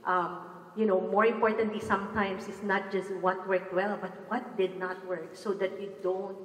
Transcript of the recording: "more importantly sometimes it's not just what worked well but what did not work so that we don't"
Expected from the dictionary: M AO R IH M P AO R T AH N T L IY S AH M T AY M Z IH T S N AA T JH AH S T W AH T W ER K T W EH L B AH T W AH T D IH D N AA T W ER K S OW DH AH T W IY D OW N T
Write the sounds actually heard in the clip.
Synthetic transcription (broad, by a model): M AO R IH M P AO R T AH N T L IY S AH M T AY M S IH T S N AA T JH AH S T W AH T W ER K T W EH L B AH T W AH T D IH D N AA T W ER K S OW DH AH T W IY D OW N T